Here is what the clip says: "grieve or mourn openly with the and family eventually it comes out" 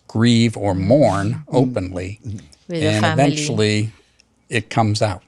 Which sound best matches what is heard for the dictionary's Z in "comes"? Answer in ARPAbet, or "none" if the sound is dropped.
Z